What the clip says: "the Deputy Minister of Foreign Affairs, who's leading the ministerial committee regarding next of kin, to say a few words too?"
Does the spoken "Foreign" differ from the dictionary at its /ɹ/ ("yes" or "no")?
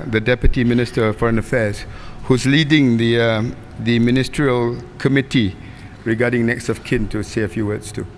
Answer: no